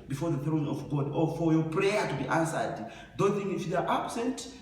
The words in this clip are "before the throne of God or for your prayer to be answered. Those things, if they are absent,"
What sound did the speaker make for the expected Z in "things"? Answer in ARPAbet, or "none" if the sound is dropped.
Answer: none